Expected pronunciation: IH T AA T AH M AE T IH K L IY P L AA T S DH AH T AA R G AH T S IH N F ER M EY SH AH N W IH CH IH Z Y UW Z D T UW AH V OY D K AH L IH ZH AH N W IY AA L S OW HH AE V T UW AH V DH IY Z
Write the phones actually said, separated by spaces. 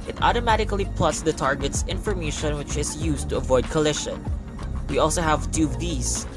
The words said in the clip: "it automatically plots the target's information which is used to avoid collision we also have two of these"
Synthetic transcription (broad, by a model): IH T AA T AH M AE T IH K L IY P L AA T S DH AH T AA R G AH T S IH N F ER M EY SH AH N W IH CH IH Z Y UW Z T UW AH V OY D K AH L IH SH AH N W IY AA L S OW HH AE V T UW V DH IY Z